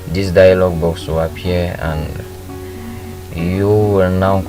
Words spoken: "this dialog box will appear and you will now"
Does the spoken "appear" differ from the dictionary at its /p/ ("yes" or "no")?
yes